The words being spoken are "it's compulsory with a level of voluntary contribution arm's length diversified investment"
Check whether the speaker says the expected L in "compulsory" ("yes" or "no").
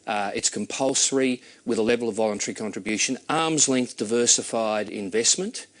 yes